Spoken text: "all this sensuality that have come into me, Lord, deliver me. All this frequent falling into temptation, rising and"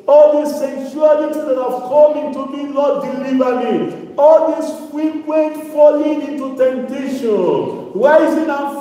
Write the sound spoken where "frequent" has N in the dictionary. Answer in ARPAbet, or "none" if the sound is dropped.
none